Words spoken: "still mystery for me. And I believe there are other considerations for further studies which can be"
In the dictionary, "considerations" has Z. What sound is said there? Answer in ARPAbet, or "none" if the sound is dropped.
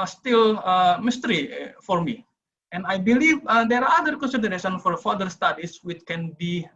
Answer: none